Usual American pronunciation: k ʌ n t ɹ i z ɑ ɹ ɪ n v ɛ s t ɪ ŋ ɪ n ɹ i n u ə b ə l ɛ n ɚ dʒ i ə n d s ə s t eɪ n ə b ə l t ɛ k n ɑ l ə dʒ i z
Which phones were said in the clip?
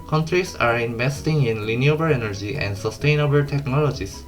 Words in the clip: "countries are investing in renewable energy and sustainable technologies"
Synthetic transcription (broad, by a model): k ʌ n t ɹ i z ɑ ɹ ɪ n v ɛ s t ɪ ŋ ɪ n l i n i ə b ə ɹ ɛ n ɚ dʒ i ə n d s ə s t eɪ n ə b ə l t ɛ k n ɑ l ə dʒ i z